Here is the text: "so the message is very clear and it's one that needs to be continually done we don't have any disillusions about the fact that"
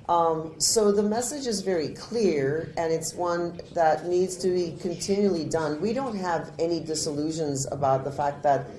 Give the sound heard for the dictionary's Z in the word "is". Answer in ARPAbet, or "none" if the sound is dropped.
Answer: Z